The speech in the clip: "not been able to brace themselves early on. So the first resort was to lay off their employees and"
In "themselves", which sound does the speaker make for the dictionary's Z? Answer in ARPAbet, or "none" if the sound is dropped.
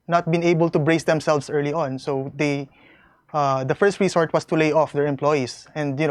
S